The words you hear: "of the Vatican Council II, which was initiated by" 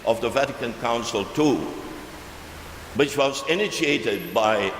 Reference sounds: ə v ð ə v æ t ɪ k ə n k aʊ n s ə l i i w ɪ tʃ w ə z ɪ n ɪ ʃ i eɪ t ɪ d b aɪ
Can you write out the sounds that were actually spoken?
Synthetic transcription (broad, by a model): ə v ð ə v æ t ɪ k ə n k aʊ n s ə l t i w ɪ tʃ w ə z ɪ n ɪ ʃ i eɪ t ɪ d b aɪ